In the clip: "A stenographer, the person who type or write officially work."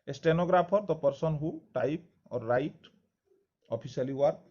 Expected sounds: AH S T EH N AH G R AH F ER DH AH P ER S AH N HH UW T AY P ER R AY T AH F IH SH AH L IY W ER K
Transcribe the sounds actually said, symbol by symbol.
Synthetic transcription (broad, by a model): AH S T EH N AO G R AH P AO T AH P ER S AH N HH UW T AY P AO R AY T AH P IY S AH L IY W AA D